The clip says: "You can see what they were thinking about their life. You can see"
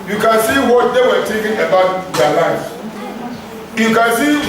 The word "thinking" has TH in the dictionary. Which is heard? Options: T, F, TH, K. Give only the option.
T